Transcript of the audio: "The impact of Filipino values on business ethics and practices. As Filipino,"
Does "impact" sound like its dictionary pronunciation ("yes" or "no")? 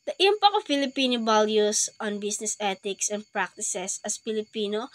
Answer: no